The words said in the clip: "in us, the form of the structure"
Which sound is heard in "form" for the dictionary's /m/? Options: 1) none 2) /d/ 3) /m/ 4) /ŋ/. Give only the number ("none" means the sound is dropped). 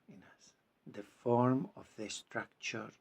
3